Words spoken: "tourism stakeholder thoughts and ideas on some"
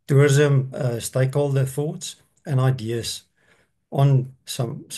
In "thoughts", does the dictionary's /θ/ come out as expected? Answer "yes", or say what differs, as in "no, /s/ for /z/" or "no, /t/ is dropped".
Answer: yes